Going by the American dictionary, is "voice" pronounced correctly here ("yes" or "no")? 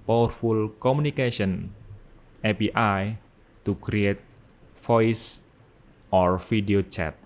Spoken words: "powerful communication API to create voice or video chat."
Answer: no